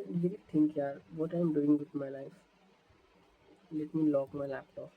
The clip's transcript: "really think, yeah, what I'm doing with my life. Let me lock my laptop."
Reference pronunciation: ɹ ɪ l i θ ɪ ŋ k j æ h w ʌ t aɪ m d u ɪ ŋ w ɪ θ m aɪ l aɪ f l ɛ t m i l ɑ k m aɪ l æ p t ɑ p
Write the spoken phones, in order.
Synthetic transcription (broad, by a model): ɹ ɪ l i t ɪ ŋ k j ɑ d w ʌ t aɪ m d u ɪ ŋ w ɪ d m aɪ l aɪ f l ɛ t m i l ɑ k m aɪ l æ p t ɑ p